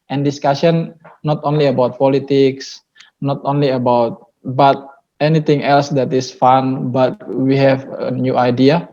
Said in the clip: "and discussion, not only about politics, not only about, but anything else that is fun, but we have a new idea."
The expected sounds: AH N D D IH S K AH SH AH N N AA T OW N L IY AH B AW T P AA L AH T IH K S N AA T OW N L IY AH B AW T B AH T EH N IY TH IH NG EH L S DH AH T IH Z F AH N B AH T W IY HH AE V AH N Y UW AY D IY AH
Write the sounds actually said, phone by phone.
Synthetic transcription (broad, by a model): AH N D D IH S K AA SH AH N N AA T OW N L IY AH B AW T P AA L AH T IH K S N AA T OW N L IY AH B AW T B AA T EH N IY T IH NG EH L S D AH T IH S F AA N B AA T W IY HH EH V AH N Y UW AY D IY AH